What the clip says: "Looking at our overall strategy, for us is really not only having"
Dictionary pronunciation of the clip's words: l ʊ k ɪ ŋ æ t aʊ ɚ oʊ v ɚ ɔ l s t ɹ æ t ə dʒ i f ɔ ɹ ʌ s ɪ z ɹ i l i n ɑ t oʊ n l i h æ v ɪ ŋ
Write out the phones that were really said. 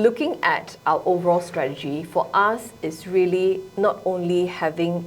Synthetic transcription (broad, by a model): l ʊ k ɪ ŋ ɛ t aʊ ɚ oʊ v ɚ ɔ l s t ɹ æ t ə dʒ i f ɔ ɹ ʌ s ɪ s ɹ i l i n ɑ t oʊ n l i h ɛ v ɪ ŋ